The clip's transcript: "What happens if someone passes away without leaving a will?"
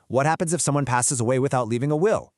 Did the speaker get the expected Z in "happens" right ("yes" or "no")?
yes